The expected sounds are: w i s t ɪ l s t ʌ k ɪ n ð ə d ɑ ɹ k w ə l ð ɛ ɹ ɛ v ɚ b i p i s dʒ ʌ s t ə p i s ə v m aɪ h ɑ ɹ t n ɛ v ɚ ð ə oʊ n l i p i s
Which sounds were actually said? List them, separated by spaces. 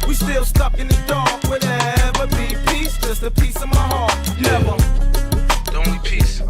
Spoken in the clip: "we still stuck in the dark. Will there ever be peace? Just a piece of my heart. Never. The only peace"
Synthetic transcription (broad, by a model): w i s t ɪ l s t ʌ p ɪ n ð ə d ɑ ɹ k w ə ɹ ɛ v ɚ b i p i s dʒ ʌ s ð ə p i s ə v m aɪ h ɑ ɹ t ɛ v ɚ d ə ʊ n w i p i s